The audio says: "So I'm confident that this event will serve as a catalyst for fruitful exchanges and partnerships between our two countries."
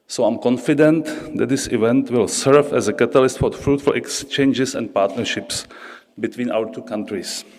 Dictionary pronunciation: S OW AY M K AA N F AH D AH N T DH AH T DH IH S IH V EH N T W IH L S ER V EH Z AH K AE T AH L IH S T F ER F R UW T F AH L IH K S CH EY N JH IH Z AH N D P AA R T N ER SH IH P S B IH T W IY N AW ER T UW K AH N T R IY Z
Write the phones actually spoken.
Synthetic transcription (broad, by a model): S OW AY M K AA N F AH D AH N T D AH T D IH S IH V EH N T W IH L S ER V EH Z AH K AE T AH L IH S T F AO F R UW T F AH L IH K S CH EY N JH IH S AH N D P AA R T N ER SH IH P S B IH T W IY N AW ER T UW K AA N T R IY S